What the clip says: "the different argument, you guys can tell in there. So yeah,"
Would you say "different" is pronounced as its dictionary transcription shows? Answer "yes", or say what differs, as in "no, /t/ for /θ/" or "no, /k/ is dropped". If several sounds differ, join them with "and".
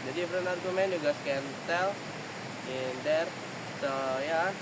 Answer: no, /t/ is dropped